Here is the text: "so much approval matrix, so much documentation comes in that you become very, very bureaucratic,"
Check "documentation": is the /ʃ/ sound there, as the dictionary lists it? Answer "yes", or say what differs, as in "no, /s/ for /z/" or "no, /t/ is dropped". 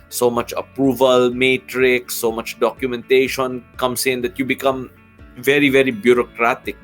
yes